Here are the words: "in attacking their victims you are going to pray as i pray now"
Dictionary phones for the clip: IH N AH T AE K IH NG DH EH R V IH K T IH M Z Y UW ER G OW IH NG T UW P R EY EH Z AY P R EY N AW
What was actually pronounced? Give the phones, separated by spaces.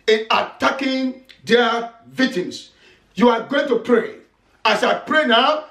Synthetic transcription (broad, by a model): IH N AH T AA K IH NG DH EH V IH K T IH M S Y UW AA G OW IH NG T UW P R EY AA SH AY P R EY N AW